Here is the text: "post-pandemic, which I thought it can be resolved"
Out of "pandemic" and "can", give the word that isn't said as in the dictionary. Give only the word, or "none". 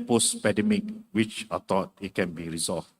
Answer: pandemic